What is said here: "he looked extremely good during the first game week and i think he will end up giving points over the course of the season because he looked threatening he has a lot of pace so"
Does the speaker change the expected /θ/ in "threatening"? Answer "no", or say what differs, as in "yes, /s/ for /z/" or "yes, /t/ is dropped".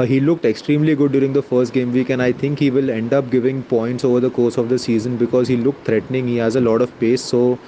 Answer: yes, /t/ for /θ/